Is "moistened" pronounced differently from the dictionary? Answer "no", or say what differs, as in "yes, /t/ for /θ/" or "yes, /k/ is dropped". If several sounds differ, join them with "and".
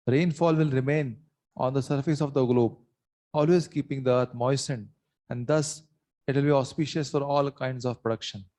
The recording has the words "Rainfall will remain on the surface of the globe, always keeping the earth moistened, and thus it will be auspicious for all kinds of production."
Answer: no